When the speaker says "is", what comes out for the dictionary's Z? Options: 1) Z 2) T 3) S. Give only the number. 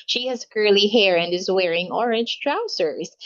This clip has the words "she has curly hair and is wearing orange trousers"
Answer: 1